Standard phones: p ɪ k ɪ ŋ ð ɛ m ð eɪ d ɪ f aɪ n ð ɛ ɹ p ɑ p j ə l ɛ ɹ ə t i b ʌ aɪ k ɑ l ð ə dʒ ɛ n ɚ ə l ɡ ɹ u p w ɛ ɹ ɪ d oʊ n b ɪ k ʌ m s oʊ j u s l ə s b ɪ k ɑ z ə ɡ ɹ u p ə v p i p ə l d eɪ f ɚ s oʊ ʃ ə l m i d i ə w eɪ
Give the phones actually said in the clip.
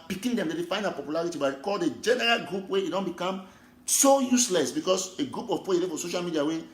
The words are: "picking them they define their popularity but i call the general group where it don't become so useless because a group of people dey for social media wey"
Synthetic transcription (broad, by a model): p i k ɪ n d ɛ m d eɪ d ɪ f aɪ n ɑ p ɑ p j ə l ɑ ɹ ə t i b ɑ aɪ k ɑ l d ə dʒ ɛ n ɚ ə l ɡ ɹ u p w ɛ ɪ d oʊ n b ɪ k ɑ m s oʊ j u s l ə s b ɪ k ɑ s ə ɡ ɹ u p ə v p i ə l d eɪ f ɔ s oʊ ʃ ə l m i d i ə w eɪ